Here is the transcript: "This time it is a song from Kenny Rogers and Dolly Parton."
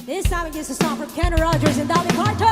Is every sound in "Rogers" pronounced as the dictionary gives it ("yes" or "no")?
yes